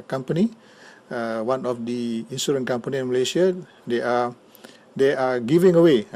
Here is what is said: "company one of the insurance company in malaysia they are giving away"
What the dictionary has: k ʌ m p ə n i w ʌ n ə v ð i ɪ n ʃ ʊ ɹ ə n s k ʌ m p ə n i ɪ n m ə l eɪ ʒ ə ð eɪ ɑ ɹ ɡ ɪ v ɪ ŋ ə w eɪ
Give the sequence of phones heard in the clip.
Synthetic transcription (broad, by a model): k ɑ m p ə n i w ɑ n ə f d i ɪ n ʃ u ɹ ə n k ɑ m p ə n i ɪ n m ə l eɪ ʃ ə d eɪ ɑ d ɡ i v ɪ ŋ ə w eɪ